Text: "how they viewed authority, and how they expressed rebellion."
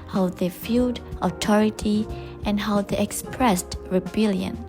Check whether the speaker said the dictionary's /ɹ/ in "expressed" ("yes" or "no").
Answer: yes